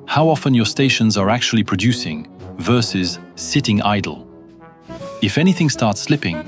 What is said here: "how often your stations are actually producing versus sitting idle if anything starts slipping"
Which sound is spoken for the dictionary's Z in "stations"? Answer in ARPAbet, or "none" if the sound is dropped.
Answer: Z